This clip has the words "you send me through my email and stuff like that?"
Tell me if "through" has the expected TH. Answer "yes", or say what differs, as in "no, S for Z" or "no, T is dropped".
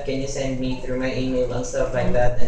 yes